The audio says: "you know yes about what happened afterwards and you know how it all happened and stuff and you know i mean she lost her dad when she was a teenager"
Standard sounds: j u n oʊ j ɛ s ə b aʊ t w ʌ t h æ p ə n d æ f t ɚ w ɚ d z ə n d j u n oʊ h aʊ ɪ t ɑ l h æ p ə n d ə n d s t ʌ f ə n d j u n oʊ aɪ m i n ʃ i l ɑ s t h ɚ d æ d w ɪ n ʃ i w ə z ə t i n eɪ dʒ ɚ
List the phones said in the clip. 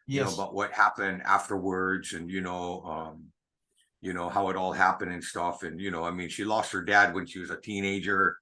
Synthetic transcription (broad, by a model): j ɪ n oʊ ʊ ə b aʊ t w ʌ t h æ p ə n d æ f t ɚ w ɚ d z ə n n j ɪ n oʊ h aʊ ɪ t ɑ l h æ p ə n d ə n s t ʌ f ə n j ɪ n oʊ aɪ m i n ʃ i l ɑ s t h ɚ d æ d w ɪ n ʃ i w ə z ə t i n eɪ dʒ ɚ